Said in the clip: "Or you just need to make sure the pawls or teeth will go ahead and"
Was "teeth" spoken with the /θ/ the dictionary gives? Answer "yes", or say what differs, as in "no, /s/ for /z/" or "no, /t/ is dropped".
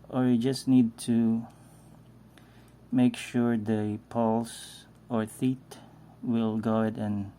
no, /t/ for /θ/